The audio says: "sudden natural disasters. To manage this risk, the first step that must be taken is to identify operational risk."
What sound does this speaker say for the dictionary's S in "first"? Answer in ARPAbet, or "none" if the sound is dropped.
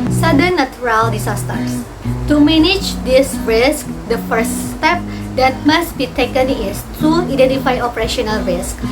S